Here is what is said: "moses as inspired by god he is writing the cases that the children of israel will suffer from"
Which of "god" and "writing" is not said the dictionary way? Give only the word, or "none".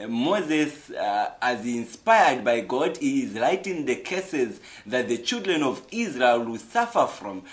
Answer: writing